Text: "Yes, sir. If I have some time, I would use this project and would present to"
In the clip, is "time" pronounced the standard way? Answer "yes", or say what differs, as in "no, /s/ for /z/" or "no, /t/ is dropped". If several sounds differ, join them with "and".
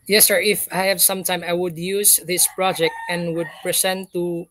yes